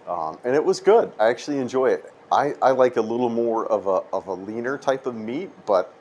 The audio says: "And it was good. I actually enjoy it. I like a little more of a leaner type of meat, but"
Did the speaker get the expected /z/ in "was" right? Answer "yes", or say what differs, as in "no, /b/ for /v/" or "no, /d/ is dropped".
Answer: yes